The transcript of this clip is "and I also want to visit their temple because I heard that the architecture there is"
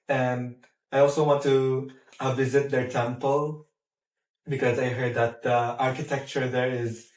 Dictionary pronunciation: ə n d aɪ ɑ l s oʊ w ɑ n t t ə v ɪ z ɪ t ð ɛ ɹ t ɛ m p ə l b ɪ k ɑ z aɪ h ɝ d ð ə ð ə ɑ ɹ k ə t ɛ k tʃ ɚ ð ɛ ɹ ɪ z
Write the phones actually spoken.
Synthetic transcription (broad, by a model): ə n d aɪ ɑ l s oʊ w ɑ n t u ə v ɪ z ɪ t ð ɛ ɹ t ɛ m p ə l b ɪ k ɑ z aɪ h ɝ d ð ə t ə ɑ ɹ k ə t ɛ k tʃ ɚ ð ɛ ɹ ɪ z